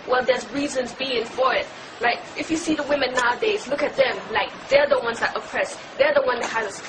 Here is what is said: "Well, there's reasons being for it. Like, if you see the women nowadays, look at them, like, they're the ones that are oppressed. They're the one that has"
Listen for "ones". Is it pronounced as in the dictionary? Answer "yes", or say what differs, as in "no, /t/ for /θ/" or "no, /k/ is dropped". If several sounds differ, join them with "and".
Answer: yes